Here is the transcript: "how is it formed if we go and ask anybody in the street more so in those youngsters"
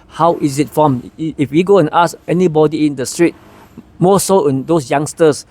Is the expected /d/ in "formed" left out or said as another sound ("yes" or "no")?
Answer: yes